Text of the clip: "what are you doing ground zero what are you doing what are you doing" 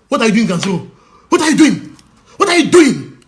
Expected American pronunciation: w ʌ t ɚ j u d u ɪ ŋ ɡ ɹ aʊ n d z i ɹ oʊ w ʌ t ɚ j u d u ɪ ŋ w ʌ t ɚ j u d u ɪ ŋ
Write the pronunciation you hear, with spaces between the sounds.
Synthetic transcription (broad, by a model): w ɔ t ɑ j u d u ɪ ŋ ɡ aʊ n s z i oʊ w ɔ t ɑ j u d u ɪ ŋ w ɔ t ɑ j u d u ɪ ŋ